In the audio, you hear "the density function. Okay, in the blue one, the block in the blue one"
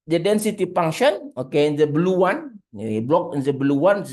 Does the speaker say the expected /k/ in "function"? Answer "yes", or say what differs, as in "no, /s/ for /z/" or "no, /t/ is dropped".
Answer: no, /k/ is dropped